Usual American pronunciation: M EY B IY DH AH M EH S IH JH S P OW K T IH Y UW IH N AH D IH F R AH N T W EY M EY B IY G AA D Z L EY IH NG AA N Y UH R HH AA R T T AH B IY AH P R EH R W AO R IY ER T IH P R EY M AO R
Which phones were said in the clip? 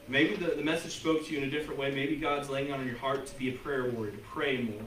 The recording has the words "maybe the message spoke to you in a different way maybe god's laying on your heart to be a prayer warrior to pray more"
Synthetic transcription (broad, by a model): M EY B IY DH AH M EH S IH JH S P OW K T IH Y UW IH N AH D IH F R AH N T W EY M EY B IY G AA D Z L EY IH NG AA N Y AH R HH AA R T T AH B IY AH P R EH R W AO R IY T IH P R EY M AO R